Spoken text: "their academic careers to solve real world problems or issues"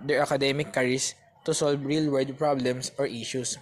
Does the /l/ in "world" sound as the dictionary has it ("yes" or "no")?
no